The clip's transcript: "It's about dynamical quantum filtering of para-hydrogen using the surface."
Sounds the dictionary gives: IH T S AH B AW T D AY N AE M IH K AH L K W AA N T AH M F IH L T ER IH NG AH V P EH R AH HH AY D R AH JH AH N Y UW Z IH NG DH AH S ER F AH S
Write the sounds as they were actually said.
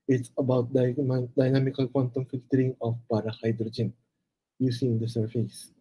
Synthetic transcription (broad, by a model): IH T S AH B AW T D AY N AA M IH K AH L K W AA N T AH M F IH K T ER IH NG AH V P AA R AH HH AY D R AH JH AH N Y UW S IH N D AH S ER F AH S